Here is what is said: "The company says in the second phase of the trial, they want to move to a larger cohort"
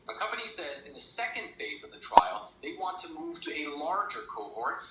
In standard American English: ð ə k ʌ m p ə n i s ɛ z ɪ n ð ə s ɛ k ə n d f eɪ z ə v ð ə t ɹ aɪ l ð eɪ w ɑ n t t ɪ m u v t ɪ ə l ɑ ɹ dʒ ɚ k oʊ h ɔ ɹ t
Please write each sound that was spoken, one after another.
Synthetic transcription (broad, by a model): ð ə k ʌ m p ə n i s ɛ z ɪ n ð ə s ɛ k ə n d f eɪ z ə v ð ə t ɹ aɪ l ð eɪ w ɑ n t t ɪ m u v t ɪ ə l ɑ ɹ dʒ ɚ k oʊ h ɔ ɹ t